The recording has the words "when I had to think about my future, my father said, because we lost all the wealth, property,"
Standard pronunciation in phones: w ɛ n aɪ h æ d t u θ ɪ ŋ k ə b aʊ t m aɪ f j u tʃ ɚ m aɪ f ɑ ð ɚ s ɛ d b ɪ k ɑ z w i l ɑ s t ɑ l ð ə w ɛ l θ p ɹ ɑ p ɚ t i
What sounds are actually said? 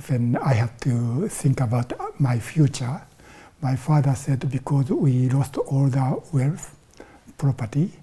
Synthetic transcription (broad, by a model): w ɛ n aɪ h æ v t u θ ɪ ŋ k ə b aʊ t m aɪ f j u tʃ ɚ m aɪ f ɑ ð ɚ s ɛ d b ɪ k ɑ z w i l ɑ s t ɑ l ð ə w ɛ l f p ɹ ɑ p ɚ t i